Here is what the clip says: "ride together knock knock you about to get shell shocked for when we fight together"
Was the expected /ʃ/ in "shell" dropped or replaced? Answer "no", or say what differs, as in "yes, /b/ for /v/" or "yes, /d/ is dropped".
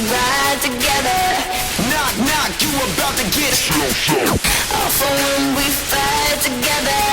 yes, /s/ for /ʃ/